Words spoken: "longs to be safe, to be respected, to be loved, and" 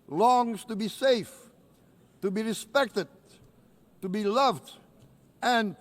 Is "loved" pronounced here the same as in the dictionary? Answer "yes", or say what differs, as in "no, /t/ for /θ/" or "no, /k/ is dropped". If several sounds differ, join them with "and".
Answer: yes